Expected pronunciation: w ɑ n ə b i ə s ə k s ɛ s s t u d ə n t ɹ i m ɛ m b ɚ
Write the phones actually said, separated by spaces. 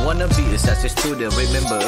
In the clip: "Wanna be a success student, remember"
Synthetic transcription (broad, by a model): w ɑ n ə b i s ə s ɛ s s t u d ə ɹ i m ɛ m b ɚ